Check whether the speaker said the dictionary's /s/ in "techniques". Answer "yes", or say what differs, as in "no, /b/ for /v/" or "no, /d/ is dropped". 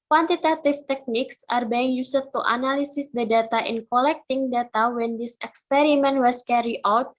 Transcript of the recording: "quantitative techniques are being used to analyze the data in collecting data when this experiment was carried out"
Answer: yes